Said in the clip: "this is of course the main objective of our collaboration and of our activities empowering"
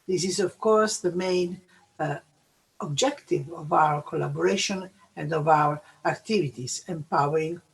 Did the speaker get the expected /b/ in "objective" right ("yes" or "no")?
yes